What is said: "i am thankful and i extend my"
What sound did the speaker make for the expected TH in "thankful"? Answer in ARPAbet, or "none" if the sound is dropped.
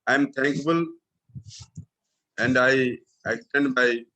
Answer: T